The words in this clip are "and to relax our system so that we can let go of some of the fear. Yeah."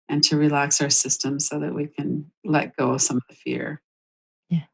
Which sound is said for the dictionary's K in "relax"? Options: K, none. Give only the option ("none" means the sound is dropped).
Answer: K